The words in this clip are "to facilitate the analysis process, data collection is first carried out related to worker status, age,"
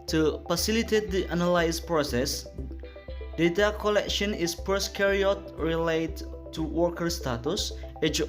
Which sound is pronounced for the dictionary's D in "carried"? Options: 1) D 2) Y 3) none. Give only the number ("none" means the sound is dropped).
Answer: 3